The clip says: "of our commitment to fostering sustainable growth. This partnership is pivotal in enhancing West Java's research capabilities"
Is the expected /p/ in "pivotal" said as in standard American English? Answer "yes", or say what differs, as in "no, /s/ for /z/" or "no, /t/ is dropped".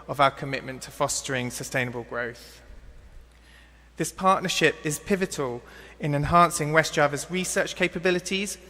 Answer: yes